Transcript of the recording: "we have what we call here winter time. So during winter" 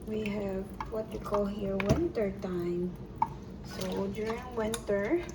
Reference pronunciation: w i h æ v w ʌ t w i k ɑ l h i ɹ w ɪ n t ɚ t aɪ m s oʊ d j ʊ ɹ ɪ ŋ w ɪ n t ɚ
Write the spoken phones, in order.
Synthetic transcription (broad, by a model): w i h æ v w ʌ t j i k ɑ l h i ɹ w ɪ n t ɚ t aɪ m s oʊ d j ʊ ɹ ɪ ŋ w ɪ n t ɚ